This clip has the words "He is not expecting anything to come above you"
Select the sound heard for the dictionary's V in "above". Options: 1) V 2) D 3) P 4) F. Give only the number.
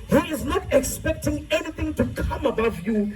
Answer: 1